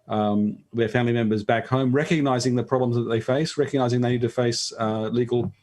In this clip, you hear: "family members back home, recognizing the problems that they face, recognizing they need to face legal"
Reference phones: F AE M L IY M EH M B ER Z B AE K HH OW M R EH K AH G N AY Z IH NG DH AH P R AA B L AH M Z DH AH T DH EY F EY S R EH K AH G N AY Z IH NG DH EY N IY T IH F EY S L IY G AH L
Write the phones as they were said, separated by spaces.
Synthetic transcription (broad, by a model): F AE M L IY M EH M B ER Z B AE K HH OW M R EH K AH G N AY Z IH NG DH AH P R AA B L AH M Z DH AH T DH EY F EY S R EH K AH G N AY Z IH NG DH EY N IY T IH F EY S L IY G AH L